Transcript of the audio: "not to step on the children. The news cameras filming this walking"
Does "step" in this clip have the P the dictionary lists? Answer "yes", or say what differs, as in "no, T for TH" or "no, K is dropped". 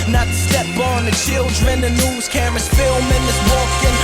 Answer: no, B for P